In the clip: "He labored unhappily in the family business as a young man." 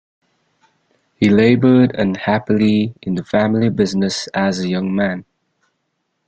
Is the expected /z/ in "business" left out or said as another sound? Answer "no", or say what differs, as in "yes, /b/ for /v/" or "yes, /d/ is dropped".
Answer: no